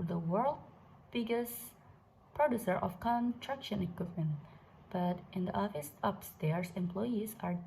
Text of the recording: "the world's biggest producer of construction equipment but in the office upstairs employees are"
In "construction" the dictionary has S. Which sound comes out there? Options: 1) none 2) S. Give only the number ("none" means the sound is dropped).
1